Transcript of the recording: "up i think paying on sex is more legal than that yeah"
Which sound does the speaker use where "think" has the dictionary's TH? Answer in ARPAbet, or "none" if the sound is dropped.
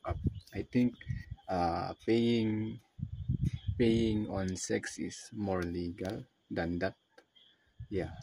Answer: T